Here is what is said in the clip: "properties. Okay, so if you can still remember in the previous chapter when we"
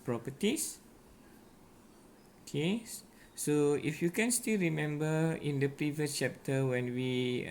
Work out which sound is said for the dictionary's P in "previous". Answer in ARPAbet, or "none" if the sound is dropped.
P